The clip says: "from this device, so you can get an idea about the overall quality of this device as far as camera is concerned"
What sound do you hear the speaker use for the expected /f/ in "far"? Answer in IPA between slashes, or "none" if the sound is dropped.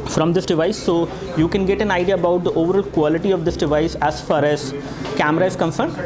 /f/